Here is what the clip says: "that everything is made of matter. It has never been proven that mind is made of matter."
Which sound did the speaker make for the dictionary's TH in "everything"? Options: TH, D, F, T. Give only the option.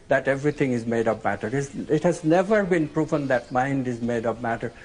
T